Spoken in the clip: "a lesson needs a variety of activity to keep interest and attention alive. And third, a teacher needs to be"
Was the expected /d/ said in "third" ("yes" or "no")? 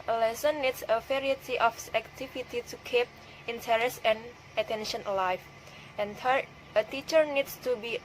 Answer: no